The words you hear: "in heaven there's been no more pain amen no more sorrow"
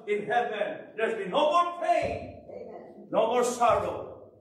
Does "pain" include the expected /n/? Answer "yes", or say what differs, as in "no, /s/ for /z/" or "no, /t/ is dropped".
no, /n/ is dropped